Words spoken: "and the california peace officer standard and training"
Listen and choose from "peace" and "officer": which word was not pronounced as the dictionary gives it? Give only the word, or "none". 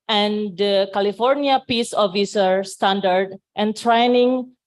none